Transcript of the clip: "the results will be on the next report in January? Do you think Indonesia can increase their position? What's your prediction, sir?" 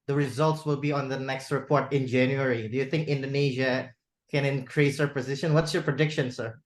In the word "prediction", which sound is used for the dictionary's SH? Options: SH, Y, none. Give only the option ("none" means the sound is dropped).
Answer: SH